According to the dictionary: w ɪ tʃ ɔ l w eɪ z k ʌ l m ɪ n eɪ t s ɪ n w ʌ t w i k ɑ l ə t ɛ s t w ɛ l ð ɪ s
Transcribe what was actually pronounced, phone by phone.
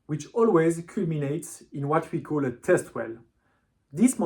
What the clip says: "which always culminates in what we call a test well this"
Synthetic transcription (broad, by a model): w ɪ tʃ ɔ l w eɪ z k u l m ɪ n eɪ t s ɪ n w ʌ t w i k ɑ l ə t ɛ s t w ɛ l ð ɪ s